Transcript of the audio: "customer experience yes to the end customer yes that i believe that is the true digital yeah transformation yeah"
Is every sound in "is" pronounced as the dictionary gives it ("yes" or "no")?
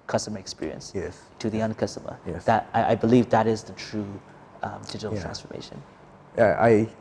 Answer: yes